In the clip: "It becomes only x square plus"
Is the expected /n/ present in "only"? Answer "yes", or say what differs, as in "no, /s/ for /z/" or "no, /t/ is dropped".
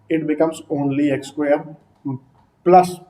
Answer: yes